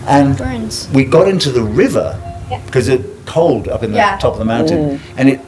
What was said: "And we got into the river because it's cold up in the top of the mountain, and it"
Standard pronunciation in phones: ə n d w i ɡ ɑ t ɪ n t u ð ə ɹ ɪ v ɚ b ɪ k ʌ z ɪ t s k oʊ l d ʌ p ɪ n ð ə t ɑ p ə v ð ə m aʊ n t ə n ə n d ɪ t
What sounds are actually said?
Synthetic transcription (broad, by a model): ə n w i ɡ ɑ t ɪ n t u ð ə ɹ ɪ v ɚ k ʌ z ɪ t k oʊ l d ʌ p ɪ n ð t ɑ p ə v ð ə m aʊ n t ə n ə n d ɪ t